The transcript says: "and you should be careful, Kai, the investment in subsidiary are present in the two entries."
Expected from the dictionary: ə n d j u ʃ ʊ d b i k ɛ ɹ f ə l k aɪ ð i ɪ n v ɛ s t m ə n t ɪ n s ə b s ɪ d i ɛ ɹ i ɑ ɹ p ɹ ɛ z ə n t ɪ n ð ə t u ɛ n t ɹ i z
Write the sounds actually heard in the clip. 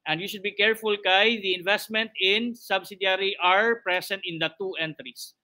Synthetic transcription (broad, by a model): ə n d j u ʃ ʊ d b i k ɛ ɹ f ə l k aɪ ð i ɪ n v ɛ s t m ə n t ɪ n s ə b s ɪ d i ɹ i ɑ ɹ p ɹ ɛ s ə n t ɪ n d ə t u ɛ n t ɹ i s